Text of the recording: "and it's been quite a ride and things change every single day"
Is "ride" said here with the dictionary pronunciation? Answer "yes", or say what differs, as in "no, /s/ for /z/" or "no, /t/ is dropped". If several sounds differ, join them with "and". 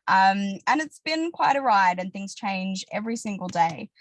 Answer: yes